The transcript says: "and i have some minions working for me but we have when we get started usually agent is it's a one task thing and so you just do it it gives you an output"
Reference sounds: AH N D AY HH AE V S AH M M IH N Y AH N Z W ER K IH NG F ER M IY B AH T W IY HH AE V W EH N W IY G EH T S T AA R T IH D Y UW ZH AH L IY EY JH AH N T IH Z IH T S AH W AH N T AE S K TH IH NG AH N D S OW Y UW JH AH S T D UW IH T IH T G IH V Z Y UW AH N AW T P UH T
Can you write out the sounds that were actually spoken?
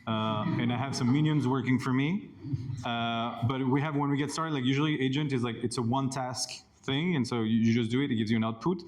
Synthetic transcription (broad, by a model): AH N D AY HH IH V S AH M M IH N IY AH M Z W ER K IH NG F ER M IY B AH T W IY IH V W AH N W IY G EH T S T AA R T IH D Y UW ZH L IY EY JH AH N T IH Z IH T S AH W AH N T AE S K TH IH NG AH N S OW Y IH JH AH S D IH IH T IH T G IH V Z Y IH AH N AW T P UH T